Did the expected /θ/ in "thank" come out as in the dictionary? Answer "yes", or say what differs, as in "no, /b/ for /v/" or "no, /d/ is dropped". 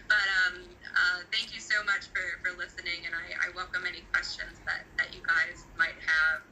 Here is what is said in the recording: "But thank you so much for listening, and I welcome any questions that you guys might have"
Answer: yes